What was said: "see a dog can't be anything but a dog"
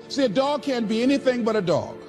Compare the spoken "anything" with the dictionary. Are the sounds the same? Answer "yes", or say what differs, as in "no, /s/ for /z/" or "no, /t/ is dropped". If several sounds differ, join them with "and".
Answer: yes